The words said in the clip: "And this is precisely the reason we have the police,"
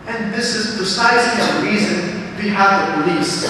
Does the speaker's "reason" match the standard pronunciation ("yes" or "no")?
yes